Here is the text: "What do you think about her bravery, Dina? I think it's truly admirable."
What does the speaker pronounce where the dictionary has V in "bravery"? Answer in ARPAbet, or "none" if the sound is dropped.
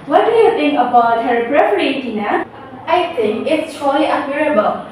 P